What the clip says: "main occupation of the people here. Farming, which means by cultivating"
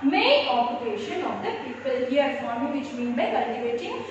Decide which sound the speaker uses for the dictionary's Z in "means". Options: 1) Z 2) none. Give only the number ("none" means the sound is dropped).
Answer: 2